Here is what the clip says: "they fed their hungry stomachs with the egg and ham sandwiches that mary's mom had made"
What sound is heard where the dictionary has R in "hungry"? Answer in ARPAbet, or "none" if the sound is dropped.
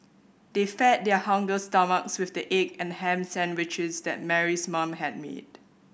none